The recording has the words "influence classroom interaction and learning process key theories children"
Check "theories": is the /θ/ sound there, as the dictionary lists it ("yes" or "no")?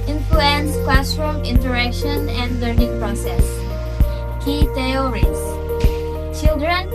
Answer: no